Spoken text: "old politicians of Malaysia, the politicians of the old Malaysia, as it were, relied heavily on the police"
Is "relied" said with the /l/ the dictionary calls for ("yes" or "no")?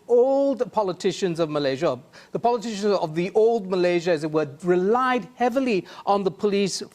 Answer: yes